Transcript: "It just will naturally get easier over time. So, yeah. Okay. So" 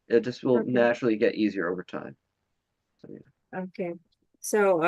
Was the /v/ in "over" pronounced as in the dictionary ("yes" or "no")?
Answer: yes